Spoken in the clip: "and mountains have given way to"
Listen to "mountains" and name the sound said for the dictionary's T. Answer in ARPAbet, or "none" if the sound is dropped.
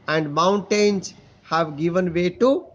T